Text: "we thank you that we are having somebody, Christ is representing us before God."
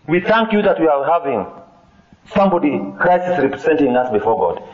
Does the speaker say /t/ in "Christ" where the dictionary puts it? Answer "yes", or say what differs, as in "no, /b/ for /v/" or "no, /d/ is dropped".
no, /t/ is dropped